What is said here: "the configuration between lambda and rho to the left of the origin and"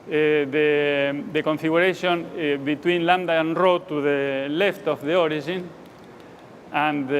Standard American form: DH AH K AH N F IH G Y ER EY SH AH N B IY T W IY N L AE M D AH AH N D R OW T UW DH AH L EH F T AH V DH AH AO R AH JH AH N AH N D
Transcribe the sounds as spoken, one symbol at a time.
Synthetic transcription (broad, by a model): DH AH K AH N F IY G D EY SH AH N B IY T W IY N L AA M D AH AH N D R OW T UW DH AH L EH F T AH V DH AH AO R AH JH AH N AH N